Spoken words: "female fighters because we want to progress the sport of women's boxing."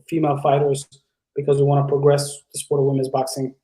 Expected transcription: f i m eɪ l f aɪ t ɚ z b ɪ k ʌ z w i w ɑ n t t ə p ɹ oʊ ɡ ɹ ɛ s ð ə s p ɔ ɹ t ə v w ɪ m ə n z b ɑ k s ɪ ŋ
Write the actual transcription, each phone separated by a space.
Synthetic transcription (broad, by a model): f i m eɪ l f aɪ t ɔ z b ɪ k ʌ z w i w ɑ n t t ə p ɹ oʊ ɡ ɹ ɛ s ð ə s p ɔ ɹ t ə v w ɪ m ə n z b ɑ k s ɪ ŋ